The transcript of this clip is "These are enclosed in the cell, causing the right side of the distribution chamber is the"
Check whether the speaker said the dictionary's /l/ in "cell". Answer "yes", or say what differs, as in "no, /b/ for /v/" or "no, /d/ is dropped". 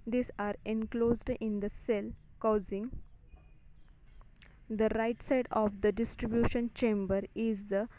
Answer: yes